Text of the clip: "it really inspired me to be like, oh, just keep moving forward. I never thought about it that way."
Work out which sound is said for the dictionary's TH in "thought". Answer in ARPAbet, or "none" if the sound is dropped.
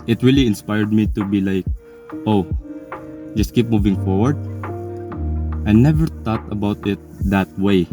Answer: T